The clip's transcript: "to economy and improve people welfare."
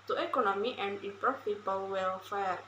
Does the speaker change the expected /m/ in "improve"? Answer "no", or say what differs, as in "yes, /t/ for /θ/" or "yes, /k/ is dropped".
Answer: yes, /m/ is dropped